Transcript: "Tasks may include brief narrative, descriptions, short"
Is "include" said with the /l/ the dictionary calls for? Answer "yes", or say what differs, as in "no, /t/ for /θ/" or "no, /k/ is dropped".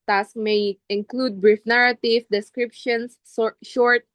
yes